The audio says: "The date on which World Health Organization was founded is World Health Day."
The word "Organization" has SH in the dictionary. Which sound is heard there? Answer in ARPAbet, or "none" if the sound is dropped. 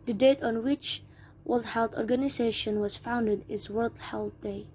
SH